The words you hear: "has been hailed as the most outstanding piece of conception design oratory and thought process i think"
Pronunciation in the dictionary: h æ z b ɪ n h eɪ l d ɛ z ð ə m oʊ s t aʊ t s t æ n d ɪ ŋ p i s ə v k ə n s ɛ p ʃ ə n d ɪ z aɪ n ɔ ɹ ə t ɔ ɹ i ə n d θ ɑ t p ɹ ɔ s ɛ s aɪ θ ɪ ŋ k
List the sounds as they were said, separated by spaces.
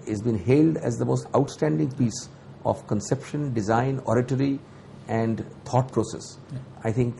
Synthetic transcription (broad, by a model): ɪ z b ɪ n h eɪ l d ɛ z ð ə m oʊ s t aʊ t s t æ n d ɪ ŋ p i s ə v k ə n s ɛ p ʃ ə n d ɪ z aɪ n ɔ ɹ ə t ɔ ɹ i ə n d t ɑ t p ɹ ɔ s ɛ s aɪ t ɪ ŋ k